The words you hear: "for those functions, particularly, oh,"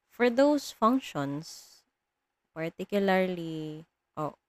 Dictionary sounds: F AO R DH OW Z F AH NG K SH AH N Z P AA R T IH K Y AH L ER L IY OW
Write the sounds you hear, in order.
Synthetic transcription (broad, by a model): F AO R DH OW S F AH NG K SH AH N S P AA R T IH K Y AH L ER L IY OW